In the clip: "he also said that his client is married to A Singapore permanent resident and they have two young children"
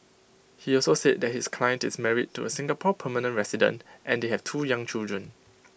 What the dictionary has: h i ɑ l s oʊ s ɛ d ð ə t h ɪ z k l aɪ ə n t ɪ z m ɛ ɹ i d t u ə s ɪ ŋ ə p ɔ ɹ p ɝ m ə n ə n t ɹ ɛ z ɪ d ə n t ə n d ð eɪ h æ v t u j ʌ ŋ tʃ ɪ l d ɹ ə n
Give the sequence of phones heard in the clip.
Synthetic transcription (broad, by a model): h i ɑ l s oʊ s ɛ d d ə t h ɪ s k l aɪ ə n t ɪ s m ɛ ɹ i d t u ə s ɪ ŋ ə p ɔ p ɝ m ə n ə n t ɹ ɛ s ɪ d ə n t ə n d eɪ h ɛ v t u j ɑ ŋ tʃ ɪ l d ɹ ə n